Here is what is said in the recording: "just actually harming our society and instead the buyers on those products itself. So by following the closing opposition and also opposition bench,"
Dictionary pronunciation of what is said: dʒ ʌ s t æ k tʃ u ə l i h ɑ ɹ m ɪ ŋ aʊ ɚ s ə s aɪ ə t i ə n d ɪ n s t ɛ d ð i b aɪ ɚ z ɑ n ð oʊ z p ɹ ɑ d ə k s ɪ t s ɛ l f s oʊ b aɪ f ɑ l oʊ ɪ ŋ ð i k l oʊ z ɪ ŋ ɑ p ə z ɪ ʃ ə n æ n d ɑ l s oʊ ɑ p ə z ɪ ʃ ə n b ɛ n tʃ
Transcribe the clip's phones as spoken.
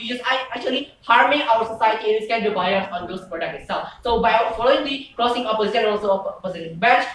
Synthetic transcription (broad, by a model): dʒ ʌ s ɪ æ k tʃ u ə l i h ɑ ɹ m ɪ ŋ aʊ ɚ s ə s aɪ ə t i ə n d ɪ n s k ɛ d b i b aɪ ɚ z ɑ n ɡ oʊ s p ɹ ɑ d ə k ɪ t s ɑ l s oʊ b aɪ f ɑ l oʊ ɪ ŋ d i k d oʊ s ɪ ŋ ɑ p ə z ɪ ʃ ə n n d ɑ l s oʊ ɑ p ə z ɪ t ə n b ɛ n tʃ